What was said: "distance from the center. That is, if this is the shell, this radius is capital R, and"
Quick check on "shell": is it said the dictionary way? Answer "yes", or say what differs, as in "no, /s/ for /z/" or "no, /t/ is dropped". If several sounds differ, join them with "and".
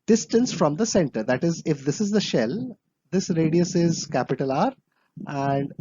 yes